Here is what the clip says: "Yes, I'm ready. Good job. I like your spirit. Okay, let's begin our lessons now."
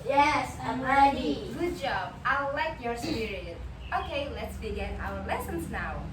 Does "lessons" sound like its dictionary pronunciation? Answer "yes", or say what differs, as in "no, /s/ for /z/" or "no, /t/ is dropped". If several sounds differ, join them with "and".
yes